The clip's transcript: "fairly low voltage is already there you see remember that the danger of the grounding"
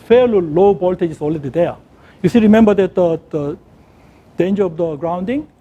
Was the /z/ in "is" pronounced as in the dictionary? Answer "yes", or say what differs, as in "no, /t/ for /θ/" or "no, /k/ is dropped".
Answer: no, /s/ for /z/